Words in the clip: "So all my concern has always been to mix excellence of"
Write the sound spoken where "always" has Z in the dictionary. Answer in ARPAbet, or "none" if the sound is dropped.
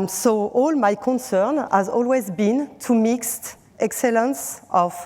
Z